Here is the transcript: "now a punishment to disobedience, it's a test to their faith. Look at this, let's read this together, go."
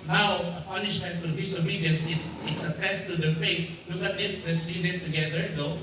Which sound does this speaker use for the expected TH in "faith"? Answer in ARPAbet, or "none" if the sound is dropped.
T